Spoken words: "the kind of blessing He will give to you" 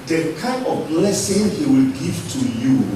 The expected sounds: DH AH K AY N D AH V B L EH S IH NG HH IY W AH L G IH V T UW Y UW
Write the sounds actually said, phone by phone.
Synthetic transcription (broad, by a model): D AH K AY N AH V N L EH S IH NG HH IY W AH L G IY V T UW Y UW